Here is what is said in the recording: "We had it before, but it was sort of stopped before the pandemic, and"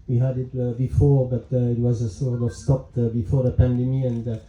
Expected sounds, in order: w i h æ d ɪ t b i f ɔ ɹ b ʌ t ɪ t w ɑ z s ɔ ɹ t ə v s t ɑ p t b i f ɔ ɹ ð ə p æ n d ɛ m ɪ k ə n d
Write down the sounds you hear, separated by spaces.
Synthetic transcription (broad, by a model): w i h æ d ɪ t b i f ɔ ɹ b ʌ t ɪ t w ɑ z s ɔ ɹ t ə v s t ɑ p t b i f ɔ ɹ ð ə p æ n d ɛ m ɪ ə n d